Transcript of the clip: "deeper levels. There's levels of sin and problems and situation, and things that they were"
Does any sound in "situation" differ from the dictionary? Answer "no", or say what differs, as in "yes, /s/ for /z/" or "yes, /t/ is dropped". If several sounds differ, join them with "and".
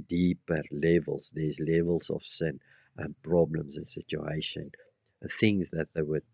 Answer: yes, /ʃ/ is dropped